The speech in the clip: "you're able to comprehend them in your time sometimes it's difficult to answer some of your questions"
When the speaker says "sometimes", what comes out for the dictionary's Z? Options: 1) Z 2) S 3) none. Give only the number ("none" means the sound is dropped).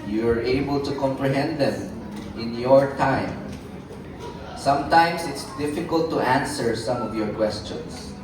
2